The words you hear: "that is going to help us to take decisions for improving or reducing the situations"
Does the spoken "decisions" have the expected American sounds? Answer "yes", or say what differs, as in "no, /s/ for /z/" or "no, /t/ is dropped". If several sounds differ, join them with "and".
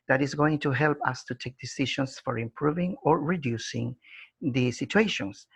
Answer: no, /ʃ/ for /ʒ/ and /s/ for /z/